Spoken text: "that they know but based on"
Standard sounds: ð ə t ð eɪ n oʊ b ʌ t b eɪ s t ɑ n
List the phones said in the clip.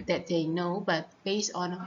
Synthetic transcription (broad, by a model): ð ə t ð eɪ n oʊ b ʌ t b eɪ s ɑ n